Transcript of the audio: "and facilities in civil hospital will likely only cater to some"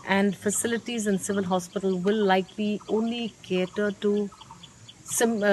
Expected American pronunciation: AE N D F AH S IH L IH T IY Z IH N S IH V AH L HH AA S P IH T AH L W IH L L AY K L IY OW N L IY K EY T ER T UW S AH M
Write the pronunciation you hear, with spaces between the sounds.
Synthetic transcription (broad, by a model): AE N D F AH S IH L IH T IY Z IH N S IH V AH L HH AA S P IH T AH L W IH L L AY K L IY OW N L IY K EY T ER T UW S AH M